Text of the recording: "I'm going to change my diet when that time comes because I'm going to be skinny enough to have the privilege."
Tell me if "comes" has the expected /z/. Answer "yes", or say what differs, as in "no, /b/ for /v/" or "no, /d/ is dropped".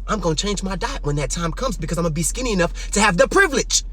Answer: yes